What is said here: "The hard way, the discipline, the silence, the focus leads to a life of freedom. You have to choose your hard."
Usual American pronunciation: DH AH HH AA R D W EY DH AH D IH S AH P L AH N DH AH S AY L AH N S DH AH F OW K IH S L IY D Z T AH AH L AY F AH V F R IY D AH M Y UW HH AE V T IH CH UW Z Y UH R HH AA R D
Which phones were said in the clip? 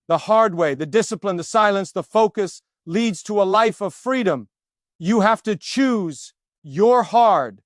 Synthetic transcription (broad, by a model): DH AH HH AA R D W EY DH AH D IH S AH P L AH N DH AH S AY L AH N S DH AH F OW K IH S L IY D Z T AH AH L AY F AH V F R IY D AH M Y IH HH AE F T IH CH UW Z Y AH R HH AA R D